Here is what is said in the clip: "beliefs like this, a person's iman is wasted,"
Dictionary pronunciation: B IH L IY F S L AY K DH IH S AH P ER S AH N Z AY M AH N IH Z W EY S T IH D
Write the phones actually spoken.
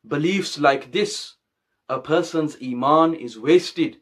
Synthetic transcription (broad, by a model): B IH L IY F S L AY K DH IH S AH P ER S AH N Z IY M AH N IH Z W EY S T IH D